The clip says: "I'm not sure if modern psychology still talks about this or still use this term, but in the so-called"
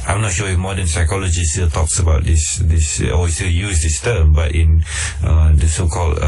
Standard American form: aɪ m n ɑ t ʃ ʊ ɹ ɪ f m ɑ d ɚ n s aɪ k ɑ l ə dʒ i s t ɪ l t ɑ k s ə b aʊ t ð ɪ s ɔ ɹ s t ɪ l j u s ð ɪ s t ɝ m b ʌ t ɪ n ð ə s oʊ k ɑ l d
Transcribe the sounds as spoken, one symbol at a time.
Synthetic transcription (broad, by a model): aɪ m n ɑ t ʃ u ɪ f m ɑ d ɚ n s aɪ k ɑ l ə dʒ i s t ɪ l t ɑ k s ə b aʊ t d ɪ s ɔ w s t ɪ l j u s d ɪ s t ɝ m b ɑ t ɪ n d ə s oʊ k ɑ l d